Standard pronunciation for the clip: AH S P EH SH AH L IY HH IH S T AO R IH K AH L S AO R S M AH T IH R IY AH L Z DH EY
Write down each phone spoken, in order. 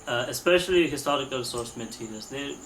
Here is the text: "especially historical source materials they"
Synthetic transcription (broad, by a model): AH S P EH SH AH L IY HH IH S T AO R IH K AH L S AO R S M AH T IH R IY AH Z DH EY